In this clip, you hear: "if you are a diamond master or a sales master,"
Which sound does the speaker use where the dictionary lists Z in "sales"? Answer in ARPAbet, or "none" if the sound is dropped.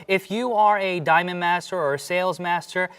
Z